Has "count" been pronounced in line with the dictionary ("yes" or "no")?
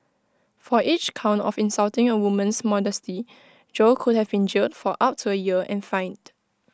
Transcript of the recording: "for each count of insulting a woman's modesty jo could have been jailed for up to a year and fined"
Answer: yes